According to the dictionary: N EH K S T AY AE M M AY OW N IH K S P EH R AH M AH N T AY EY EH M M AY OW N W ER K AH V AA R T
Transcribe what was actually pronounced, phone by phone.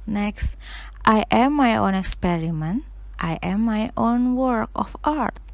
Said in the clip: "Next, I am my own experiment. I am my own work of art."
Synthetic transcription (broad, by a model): N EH K S T AY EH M M AY OW N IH K S P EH R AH M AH N T AY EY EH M M AY OW N W ER K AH F AA R T